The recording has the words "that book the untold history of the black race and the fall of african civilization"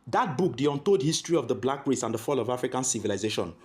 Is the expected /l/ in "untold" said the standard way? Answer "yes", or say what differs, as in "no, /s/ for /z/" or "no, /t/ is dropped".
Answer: no, /l/ is dropped